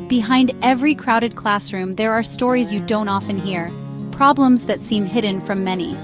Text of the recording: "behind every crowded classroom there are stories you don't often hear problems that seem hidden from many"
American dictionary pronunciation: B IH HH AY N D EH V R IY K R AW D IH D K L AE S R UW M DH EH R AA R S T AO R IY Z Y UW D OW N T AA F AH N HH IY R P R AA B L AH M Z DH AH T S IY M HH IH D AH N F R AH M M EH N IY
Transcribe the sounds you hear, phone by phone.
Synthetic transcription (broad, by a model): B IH HH AY N D EH V R IY K R AW D IH D K L AE S R UW M DH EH R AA R S T AO R IY Z Y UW D OW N T AA F AH N HH IY R P R AA B L AH M Z DH AH T S IY M HH IH D N F R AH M M EH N IY